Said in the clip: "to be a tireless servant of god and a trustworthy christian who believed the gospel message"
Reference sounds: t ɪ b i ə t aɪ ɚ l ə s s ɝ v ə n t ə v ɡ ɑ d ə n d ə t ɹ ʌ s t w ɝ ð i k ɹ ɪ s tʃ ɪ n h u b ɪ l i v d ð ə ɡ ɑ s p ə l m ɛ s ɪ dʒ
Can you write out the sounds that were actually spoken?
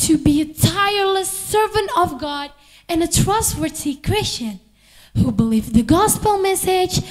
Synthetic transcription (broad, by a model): t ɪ b i ə t aɪ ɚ l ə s s ɝ v ə n t ə v ɡ ɑ d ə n ə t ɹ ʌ s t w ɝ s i k ɹ ɪ s tʃ ɪ n h u b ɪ l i v ð ə ɡ ɑ s p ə l m ɛ s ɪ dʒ